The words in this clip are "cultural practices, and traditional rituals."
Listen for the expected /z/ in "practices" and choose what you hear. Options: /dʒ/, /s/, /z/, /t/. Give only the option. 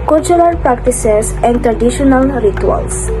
/s/